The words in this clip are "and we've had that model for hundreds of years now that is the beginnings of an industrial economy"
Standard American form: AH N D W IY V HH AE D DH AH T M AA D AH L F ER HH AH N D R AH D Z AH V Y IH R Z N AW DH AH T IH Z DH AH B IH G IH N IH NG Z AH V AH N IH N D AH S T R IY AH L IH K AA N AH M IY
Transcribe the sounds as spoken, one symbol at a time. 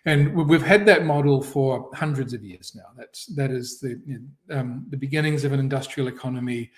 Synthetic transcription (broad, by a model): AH N W IY V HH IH D DH AH T M AA D L F ER HH AH N D R AH D Z AH V Y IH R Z N AW DH AH T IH Z DH AH B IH G IH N IH NG Z AH V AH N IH N D AH S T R IY L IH K AA N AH M IY